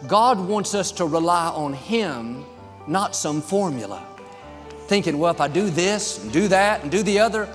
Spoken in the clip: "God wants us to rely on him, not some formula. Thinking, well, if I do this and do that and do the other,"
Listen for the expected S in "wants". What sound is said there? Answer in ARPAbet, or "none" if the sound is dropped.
S